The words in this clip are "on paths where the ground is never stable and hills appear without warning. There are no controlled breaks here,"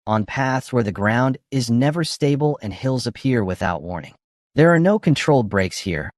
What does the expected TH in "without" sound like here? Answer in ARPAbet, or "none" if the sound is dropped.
TH